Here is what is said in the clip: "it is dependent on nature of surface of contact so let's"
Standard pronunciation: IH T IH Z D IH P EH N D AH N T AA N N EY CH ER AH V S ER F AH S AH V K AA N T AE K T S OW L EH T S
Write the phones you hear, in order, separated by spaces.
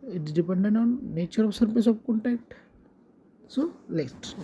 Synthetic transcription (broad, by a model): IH T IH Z D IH P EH N D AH N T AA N N EY CH ER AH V S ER P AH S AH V K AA N T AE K T S OW L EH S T